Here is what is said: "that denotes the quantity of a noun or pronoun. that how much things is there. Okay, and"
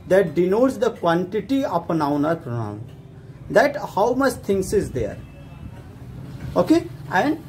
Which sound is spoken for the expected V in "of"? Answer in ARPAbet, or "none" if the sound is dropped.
P